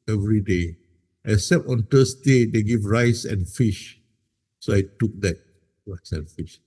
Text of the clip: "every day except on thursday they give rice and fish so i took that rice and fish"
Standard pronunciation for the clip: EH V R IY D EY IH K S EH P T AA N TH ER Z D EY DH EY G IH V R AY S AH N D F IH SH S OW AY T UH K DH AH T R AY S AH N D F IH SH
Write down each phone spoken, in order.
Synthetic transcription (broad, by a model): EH V R IY D EY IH S EH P AA N T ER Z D EY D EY G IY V R AY S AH N F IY SH S OW AY T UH K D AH T R AY S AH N F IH SH